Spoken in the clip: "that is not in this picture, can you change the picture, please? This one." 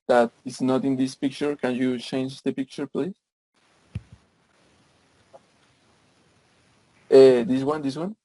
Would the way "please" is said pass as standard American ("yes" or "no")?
no